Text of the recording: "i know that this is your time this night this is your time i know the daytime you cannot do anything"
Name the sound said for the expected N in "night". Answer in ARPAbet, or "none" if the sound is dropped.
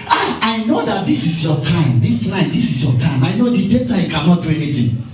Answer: L